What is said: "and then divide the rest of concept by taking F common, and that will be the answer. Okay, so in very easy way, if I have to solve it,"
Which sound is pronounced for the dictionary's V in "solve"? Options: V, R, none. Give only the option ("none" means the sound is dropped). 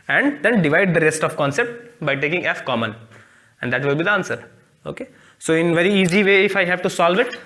V